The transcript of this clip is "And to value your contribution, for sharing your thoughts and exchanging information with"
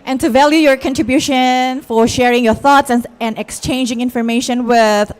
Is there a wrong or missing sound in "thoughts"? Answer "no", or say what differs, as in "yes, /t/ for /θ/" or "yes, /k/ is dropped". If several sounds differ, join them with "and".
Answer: no